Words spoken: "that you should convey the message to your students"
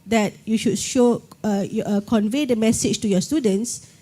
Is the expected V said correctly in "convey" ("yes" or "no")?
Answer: yes